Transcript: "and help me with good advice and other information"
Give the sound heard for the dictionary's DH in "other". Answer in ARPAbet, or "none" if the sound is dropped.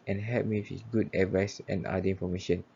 none